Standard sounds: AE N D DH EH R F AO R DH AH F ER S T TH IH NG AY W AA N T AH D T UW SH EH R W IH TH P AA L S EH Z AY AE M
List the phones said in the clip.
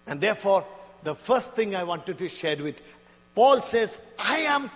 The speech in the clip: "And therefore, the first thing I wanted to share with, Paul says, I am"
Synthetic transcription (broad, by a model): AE N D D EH R F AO R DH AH F ER S T T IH NG AY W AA N T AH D T UW SH EH R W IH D P AA L S EH Z AY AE M